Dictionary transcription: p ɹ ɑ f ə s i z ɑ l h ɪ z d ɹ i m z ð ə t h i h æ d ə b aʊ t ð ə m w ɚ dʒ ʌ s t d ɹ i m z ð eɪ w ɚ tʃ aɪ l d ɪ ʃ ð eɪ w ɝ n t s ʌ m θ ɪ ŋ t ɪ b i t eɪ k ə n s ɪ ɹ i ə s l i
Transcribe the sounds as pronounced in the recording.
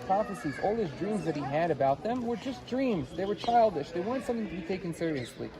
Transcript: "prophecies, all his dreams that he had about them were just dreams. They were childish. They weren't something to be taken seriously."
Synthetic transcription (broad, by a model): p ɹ ɑ f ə s i z ɑ l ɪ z d ɹ i m z ð ə t h i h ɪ d ə b aʊ t ð ə m w ɚ dʒ ʌ s d ɹ i m z ð eɪ w ɚ tʃ aɪ l d ɪ ʃ ð eɪ w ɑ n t s ʌ m θ ɪ ŋ t ɪ b i t eɪ k ə n s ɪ ɹ i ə s l i